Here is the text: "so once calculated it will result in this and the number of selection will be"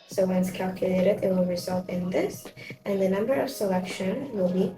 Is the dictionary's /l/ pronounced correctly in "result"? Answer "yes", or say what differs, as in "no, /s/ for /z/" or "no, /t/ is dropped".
yes